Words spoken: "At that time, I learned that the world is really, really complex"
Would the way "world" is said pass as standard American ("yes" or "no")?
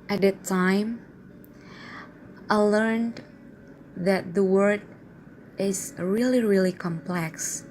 no